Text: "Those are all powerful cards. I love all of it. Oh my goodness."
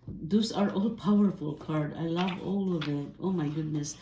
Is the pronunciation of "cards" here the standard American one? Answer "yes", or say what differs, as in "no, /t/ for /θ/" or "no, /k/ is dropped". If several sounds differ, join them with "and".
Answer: no, /z/ is dropped